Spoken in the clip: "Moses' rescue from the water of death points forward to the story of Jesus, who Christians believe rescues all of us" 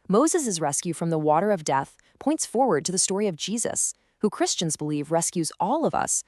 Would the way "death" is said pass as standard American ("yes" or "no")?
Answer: yes